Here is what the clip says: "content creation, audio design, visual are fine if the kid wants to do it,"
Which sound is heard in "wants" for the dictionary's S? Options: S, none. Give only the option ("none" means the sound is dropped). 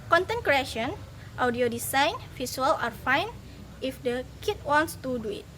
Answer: S